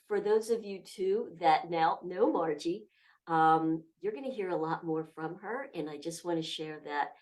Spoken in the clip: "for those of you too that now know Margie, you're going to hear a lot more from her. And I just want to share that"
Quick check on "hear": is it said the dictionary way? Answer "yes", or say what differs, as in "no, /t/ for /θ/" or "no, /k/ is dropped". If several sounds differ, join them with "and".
yes